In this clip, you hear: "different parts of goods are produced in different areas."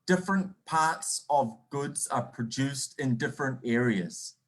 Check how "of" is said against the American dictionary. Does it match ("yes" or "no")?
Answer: yes